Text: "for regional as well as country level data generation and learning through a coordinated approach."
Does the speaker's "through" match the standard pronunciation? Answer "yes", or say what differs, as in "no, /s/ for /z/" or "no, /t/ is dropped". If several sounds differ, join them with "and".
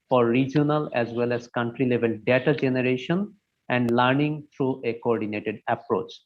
no, /t/ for /θ/